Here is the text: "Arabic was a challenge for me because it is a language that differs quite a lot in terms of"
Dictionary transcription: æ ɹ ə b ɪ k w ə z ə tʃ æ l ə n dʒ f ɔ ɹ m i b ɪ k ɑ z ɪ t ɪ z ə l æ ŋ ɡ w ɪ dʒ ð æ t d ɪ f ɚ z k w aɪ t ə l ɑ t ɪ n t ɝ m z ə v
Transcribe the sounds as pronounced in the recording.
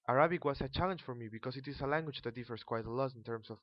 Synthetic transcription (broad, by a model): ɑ ɹ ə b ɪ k w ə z ə tʃ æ l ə n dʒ f ɔ ɹ m i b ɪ k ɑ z ɪ t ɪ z ə l æ ŋ ɡ w ɪ dʒ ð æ t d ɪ f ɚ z k w aɪ t ə l ɑ t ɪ n t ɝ m s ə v